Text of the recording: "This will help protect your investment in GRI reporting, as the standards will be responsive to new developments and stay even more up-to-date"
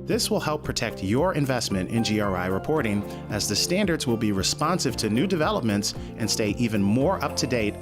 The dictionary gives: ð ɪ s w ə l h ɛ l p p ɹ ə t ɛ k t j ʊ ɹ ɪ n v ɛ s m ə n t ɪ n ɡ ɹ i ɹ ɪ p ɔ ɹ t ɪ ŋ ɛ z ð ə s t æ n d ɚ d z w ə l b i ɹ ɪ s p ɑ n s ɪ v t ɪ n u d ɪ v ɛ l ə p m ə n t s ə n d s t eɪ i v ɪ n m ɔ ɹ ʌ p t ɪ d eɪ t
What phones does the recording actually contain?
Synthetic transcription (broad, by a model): ð ɪ s w ə l h ɛ l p p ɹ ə t ɛ k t j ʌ ɹ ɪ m v ɛ s m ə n t ɪ n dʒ ɹ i ɹ ɪ p ɔ ɹ t ɪ ŋ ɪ z ð ə s t æ n d ɚ d z w ə l b i ɹ ɪ s p ɑ n s ɪ v t ɪ n u d ɪ v ɛ l ə p m ə n t s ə n s t eɪ i v ɪ n m ɔ ɹ ʌ p t ɪ d eɪ t